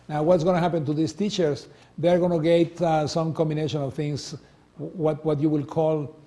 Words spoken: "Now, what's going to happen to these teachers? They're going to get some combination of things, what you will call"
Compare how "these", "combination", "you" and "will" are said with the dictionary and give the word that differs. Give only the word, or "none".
these